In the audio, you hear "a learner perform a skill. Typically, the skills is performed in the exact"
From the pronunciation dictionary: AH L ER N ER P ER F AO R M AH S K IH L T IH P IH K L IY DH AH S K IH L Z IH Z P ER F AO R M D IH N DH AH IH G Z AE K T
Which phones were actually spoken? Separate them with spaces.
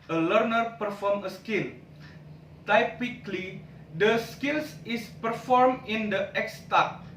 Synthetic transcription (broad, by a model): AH L ER N ER P ER F AO R M AH S K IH L T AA P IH K L IY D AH S K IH L S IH S P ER F AO R M IH N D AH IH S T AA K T